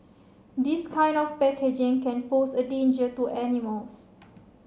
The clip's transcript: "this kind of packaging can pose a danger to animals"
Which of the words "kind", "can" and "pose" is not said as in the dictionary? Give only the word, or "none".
pose